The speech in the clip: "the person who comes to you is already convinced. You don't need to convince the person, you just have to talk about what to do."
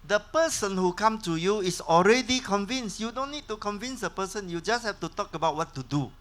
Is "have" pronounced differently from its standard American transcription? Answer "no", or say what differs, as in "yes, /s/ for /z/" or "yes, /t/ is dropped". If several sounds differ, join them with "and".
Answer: yes, /f/ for /v/